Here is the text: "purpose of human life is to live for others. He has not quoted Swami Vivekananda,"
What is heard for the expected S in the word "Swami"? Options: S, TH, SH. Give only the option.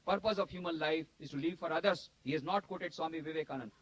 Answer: S